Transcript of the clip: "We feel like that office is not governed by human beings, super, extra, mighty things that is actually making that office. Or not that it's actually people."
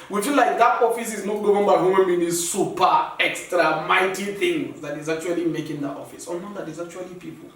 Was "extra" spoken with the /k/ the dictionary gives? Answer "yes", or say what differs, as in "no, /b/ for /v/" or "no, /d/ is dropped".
yes